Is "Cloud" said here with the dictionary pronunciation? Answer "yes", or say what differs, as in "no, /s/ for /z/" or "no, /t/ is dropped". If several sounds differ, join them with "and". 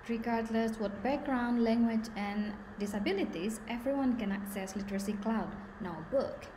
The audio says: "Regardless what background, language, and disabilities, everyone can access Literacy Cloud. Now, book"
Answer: yes